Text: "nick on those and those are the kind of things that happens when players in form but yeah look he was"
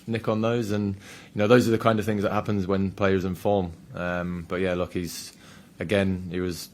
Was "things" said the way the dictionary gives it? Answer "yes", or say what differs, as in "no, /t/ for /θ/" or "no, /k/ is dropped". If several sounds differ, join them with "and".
yes